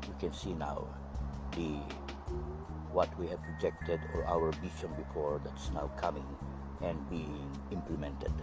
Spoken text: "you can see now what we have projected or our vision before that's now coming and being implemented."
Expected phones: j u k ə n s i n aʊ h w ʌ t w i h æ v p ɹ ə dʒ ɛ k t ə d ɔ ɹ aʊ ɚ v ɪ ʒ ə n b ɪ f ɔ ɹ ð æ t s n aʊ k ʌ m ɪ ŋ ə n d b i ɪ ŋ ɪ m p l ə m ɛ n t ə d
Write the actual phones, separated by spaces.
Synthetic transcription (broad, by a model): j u k ə n s i n aʊ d w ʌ t w i h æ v p ɹ ə dʒ ɛ k t ə d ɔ ɹ aʊ ɚ b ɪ ʃ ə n b ɪ f ɔ ɹ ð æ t s n aʊ k ʌ m ɪ ŋ ə n d b i ɪ ŋ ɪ m p l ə m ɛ n t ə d